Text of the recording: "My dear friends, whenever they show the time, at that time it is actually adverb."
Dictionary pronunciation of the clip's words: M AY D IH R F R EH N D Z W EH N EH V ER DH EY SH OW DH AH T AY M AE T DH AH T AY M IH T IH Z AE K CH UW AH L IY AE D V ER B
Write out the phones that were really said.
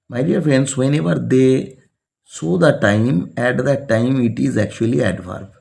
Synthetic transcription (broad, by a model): M AY D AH R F R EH N D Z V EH N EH V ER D EY S OW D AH T AY M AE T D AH T AY M IH T IH Z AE K CH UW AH L IY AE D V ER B